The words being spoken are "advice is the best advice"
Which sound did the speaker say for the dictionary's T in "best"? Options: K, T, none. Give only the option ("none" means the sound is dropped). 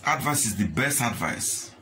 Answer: T